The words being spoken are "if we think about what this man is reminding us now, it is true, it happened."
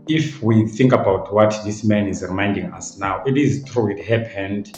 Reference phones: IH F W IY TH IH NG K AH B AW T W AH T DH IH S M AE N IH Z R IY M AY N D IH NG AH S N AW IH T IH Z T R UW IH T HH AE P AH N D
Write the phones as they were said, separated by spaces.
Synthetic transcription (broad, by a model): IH F W IY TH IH NG K AH B AW T W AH T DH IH S M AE N IH Z R IY M AY N D IH NG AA S N AW IH T IH Z T R UW IH T HH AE P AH N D